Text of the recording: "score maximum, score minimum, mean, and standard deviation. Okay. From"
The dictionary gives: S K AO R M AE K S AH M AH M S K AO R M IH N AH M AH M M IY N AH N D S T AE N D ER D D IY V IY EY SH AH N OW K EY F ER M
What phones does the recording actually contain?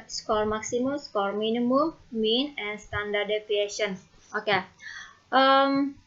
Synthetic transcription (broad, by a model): S K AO R M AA K S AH M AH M S K AO R M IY N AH M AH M M IY N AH N S T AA N D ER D D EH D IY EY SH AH N OW K EY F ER M